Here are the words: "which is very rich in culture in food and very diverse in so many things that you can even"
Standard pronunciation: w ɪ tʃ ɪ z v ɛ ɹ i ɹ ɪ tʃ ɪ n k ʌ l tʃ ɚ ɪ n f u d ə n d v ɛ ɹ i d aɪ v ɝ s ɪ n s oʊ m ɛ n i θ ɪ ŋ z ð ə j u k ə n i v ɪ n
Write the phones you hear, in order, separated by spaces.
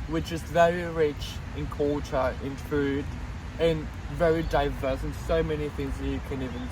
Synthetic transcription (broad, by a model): w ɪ tʃ ɪ z v ɛ ɹ i ɹ ɪ tʃ ɪ n k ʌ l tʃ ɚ ɪ n f u d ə n v ɛ ɹ i d aɪ v ɝ s ɪ n s oʊ m ɛ n i θ ɪ ŋ z ð ə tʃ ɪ k ə n i v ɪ n